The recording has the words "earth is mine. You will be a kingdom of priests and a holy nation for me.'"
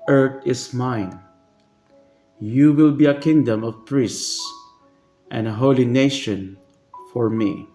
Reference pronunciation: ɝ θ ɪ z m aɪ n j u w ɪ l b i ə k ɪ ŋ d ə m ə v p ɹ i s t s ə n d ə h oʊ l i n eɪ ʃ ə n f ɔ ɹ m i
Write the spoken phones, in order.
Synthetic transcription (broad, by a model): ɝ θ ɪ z m aɪ n j u w ɪ l b i ə k ɪ ŋ d ə m ə v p ɹ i s s s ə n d ə h oʊ l i n eɪ ʃ ə n f ɔ ɹ m i